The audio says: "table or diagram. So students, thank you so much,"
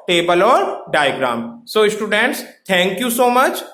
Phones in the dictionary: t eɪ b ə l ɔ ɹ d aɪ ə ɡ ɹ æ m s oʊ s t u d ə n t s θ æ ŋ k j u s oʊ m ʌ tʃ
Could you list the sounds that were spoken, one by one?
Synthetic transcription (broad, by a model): t eɪ b ə l ɔ ɹ d aɪ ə ɡ ɹ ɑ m s oʊ s t u d ə n t s t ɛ ŋ k j u s oʊ m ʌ tʃ